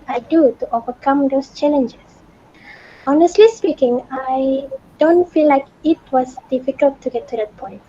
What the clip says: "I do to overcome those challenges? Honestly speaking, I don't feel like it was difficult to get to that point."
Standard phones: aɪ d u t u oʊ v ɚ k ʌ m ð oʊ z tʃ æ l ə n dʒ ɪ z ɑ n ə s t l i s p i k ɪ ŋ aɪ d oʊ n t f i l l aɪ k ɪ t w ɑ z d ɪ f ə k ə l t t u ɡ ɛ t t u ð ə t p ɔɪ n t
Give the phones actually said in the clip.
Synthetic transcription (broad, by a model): aɪ d u t u oʊ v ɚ k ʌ m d oʊ s tʃ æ l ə n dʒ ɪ s ɑ n ə s t l i s p i k ɪ ŋ aɪ d oʊ n t f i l l aɪ k ɪ t w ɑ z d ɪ f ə k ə l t t u ɡ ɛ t t u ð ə t p ɔɪ n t